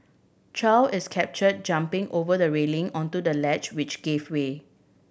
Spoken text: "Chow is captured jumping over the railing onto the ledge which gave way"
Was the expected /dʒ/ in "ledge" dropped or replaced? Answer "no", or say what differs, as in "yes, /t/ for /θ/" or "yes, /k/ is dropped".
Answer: yes, /tʃ/ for /dʒ/